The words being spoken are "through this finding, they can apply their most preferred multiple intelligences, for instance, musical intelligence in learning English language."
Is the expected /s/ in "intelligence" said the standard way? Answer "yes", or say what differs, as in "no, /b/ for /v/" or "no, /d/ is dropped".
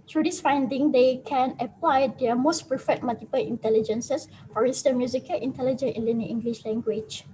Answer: no, /s/ is dropped